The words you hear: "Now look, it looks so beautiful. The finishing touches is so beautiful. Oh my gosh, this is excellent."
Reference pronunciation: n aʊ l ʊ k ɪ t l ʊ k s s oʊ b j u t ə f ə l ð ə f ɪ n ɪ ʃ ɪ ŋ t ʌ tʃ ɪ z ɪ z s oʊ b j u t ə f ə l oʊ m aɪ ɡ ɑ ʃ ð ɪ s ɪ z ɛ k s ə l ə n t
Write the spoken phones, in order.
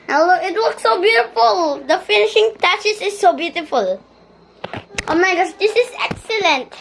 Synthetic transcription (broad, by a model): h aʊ l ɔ ɪ t w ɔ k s s oʊ b j u t ə f ə l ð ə f ɪ n ɪ ʃ ɪ ŋ t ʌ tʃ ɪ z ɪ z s oʊ b j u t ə f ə l oʊ m aɪ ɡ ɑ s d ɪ s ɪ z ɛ k s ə l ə n t